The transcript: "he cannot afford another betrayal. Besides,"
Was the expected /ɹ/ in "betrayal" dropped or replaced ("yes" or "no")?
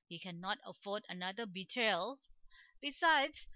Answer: yes